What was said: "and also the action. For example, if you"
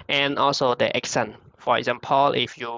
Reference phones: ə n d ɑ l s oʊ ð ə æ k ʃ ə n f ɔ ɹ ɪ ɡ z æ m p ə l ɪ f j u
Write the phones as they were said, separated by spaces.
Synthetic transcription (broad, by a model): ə n ɑ l s oʊ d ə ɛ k s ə n f ɔ ɹ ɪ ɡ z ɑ m p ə l ɪ f j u